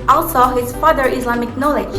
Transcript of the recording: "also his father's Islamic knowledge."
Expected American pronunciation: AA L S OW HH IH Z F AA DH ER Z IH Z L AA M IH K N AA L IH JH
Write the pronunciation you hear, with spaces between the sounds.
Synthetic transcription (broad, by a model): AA L S OW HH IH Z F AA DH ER IH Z L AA M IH K N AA L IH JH